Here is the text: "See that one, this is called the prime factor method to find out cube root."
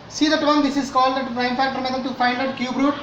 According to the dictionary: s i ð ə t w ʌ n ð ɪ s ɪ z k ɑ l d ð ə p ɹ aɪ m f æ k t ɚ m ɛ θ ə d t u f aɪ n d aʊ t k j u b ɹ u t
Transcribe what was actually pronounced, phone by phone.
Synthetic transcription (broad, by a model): s i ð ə t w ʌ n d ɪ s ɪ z k ɑ l d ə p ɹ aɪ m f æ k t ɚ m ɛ t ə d t u f aɪ n d aʊ t k j u b ɹ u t